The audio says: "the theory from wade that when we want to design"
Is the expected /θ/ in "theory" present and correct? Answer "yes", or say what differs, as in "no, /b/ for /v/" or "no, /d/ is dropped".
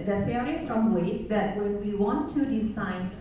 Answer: no, /f/ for /θ/